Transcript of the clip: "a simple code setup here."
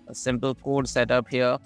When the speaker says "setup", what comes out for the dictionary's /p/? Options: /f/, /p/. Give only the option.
/p/